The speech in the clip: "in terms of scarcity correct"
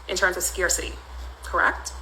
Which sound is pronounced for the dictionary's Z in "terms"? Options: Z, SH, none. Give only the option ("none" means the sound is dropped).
Z